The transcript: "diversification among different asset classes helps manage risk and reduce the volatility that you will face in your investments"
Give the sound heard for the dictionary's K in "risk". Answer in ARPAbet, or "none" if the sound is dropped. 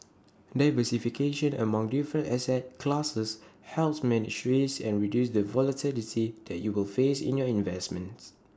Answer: none